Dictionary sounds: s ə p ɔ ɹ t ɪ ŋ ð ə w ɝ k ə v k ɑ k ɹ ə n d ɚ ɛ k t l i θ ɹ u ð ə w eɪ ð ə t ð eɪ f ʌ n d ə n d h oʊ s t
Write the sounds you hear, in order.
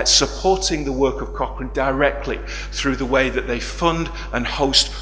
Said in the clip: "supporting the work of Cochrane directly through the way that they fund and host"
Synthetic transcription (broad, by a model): s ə p ɔ ɹ t ɪ ŋ ð ə w ɝ k ə v k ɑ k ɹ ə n d ɚ ɛ k t l i θ ɹ u ð ə w eɪ ð ə t ð eɪ f ʌ n d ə n h oʊ s t